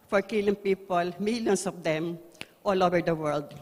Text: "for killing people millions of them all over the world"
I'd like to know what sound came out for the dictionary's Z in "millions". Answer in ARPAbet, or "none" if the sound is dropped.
S